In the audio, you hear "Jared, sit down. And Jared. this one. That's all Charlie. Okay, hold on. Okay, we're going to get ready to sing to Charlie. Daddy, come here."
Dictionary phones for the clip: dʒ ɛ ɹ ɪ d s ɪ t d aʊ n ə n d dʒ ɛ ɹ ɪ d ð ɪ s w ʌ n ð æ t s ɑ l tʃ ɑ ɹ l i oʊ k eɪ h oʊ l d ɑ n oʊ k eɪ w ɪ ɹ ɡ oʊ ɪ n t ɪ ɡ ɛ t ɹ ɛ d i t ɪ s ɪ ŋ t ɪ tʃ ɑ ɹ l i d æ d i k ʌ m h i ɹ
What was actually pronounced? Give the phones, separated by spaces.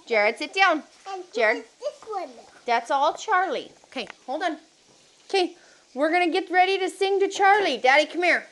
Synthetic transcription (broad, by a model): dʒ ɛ ɹ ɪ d s ɪ t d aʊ ə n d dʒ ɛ ɹ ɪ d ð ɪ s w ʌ ð æ t s ɑ l tʃ ɑ ɹ l i oʊ k eɪ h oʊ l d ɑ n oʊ k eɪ w ɪ ɹ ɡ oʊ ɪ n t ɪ ɡ ɛ t ɹ ɛ d i t ɪ s ɪ ŋ t ɪ tʃ ɑ ɹ l i d æ d i k ʌ m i ɹ